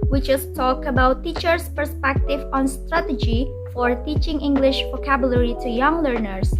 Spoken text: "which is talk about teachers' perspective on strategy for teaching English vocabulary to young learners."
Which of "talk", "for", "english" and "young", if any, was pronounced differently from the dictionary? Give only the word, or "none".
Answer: none